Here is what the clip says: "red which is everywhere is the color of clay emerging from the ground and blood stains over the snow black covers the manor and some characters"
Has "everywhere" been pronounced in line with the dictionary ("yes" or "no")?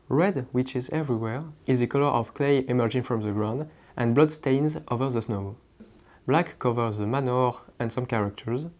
yes